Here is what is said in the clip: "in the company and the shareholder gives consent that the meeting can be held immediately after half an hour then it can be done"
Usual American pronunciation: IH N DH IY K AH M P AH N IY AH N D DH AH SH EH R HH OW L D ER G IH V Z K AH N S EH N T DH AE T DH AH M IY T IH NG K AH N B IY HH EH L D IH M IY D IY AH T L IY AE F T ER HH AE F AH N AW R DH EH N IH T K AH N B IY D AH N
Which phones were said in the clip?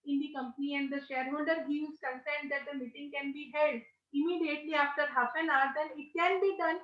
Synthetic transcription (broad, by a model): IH N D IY K AH M P AH N IY AH N D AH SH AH R HH OW L D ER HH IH Z K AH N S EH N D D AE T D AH M IY T IH NG K AH N B IY HH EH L D IH M IY D IY AH T L IY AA F T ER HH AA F AH N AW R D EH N IH T K AH N B IY D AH N